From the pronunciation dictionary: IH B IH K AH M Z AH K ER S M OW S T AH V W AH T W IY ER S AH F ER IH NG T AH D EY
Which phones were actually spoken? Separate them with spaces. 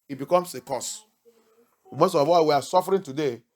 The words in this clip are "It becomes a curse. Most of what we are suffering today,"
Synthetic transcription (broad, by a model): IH B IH K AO M S AH K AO S M OW S T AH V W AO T W IY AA S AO F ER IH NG T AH D EY